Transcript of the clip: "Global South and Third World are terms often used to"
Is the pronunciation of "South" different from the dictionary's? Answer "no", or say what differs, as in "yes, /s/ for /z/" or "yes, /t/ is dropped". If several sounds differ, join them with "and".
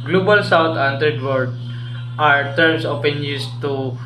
yes, /t/ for /θ/